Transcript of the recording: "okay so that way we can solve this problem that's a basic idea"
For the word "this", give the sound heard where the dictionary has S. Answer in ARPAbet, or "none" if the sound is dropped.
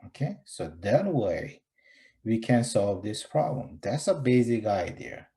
S